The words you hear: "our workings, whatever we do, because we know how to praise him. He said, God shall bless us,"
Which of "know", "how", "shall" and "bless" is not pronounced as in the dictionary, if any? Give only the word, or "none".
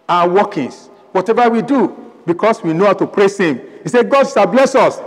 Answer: shall